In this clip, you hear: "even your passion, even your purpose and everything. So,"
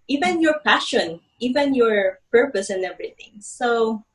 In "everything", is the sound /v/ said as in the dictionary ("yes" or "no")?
yes